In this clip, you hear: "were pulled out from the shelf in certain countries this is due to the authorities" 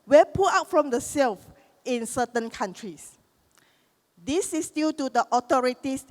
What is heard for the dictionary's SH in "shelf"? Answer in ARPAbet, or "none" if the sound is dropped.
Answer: S